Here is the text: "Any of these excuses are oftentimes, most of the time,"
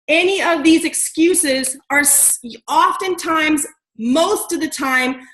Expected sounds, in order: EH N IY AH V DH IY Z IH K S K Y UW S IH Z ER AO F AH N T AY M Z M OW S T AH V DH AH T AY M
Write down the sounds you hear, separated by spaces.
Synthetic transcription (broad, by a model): EH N IY AH V DH IY Z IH K S K Y UW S IH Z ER AO F AH N T AY M Z M OW S T AH V DH AH T AY M